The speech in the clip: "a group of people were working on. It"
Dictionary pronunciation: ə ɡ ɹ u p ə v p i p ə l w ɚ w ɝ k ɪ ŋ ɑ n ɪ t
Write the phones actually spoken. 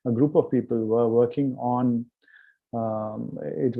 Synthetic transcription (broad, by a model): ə ɡ ɹ u p ə v p i p ə l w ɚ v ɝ k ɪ ŋ ɑ n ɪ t